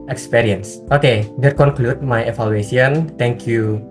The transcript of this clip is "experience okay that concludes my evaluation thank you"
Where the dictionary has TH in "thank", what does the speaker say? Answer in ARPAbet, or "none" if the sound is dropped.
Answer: T